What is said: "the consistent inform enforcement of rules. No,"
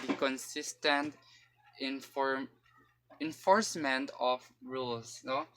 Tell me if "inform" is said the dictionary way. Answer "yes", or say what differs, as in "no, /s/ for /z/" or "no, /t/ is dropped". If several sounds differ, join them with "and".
no, /m/ is dropped